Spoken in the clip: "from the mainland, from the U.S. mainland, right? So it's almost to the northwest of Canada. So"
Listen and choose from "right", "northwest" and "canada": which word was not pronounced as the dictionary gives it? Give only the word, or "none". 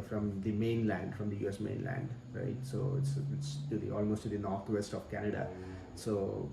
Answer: northwest